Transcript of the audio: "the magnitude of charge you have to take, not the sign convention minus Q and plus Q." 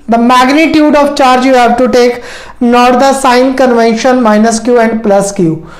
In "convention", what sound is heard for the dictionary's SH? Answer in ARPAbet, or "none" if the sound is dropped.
SH